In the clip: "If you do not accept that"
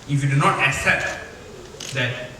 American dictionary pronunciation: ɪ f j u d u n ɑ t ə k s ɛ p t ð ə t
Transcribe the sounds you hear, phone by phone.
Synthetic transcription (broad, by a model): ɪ f j u d u n ɑ t ə k s ɛ p t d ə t